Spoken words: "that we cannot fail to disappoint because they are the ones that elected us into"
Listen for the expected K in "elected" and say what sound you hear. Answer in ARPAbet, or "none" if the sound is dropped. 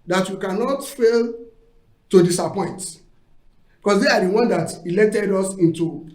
none